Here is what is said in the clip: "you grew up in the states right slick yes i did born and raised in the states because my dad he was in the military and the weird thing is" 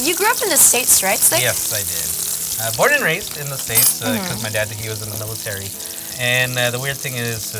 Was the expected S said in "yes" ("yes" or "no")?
yes